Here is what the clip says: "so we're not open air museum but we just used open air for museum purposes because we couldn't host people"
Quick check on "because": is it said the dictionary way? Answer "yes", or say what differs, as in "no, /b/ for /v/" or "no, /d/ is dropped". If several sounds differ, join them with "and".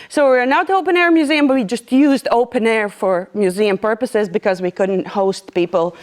yes